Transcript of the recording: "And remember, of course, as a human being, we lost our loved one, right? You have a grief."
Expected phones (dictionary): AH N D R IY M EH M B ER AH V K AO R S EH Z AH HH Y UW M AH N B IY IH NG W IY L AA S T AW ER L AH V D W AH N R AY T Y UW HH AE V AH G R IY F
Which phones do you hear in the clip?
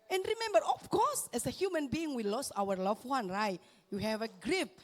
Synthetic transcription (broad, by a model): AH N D R IY M EH M B ER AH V K AO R S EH S AH HH Y UW M AH N B IY IH NG W IY L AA S AW ER L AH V W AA N R AY T Y UW HH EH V AH G R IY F